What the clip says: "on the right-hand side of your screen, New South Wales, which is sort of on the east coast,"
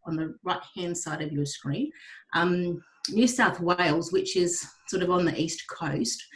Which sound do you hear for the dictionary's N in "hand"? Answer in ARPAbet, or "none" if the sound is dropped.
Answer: N